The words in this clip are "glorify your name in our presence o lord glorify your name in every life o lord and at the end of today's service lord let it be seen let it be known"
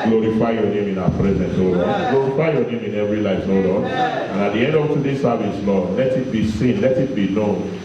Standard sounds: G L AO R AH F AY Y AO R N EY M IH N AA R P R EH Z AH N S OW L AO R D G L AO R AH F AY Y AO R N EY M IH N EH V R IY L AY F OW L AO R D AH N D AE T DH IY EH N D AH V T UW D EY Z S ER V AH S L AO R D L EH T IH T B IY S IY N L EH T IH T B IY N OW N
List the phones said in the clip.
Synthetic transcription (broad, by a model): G L AO R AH F AY Y AO N EY M IH N AA P R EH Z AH N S OW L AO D G L AO R AH F AY Y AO N EY M IH N EH V R IY L AY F OW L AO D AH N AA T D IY EH N D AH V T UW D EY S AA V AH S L AO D L EH T IH T B IY S IY N L EH T IH T B IY N OW N